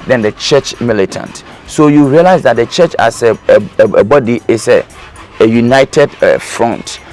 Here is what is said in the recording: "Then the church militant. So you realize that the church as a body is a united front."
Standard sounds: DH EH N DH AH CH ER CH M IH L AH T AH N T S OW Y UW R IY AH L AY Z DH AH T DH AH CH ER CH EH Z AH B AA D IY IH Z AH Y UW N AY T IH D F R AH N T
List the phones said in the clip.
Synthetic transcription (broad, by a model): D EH N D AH CH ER CH M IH L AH T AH N T S OW Y UW R IY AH L AY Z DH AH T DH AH CH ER CH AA S AH B AA D IY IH S AH Y UW N AY T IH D F R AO N T